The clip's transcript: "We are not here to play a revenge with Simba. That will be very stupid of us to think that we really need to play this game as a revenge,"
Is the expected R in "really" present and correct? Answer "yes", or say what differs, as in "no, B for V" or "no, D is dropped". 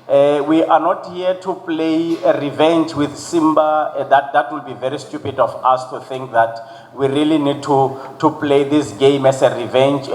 yes